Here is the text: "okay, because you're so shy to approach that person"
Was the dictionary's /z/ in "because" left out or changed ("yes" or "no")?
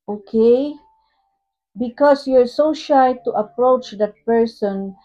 yes